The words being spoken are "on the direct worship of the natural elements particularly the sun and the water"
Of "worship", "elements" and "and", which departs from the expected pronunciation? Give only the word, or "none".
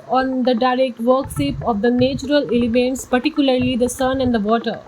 worship